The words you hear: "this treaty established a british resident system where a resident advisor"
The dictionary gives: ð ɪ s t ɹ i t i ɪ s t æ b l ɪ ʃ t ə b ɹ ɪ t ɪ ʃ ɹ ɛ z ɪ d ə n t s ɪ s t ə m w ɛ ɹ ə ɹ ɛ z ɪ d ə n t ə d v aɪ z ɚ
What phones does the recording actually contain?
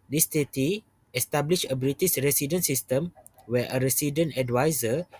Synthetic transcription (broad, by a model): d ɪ s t i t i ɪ s t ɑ b l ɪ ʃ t ə b ɹ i t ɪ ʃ ɹ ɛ s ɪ d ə n s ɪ s t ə m w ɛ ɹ ə ɹ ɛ s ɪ d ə n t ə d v aɪ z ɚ